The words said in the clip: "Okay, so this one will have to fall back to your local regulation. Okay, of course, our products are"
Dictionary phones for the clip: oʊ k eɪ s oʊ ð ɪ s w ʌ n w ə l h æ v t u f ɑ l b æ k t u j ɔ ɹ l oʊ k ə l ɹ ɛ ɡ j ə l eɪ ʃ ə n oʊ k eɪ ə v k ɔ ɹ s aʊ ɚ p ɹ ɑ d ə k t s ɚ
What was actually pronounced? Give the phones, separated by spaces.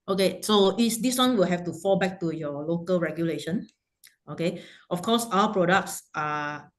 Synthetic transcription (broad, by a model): oʊ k eɪ s oʊ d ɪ s w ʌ n w ə l h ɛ f t u f ɑ l b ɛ k t u j ɔ l oʊ k ə l ɹ ɛ ɡ j ə l eɪ ʃ ə n oʊ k eɪ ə f k ɔ s aʊ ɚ p ɹ ɑ d ə k t s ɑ